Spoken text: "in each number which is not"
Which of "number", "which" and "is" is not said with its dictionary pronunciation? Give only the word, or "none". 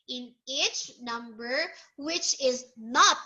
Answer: none